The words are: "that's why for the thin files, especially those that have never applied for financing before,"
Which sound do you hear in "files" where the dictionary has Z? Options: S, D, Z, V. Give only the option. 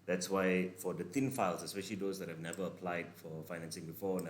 S